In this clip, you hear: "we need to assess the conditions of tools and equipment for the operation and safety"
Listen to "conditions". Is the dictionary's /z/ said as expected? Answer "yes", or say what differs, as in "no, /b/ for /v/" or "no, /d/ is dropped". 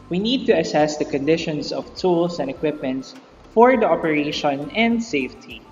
no, /s/ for /z/